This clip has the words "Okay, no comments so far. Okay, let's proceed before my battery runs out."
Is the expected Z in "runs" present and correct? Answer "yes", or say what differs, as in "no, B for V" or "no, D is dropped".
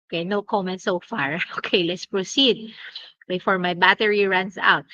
no, S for Z